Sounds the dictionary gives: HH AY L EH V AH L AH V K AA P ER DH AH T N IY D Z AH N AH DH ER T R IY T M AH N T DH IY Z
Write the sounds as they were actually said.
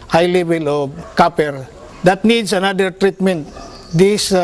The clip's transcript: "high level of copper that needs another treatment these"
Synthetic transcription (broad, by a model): HH AY L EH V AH L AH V K AA P ER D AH T N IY D S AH N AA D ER T R IY T M AH N T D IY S